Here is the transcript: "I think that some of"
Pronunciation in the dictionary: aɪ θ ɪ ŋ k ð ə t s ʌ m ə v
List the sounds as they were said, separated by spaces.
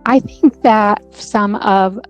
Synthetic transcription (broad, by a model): aɪ θ ɪ ŋ k ð ə t s ʌ m ə v